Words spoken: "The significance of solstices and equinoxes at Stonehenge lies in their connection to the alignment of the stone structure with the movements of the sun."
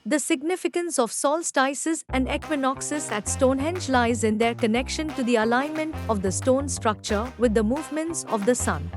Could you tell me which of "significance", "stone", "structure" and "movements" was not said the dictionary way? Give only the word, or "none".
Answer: none